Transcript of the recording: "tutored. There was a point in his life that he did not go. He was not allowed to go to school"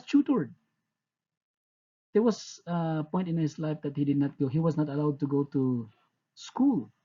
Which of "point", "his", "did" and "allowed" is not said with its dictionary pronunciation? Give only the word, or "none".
his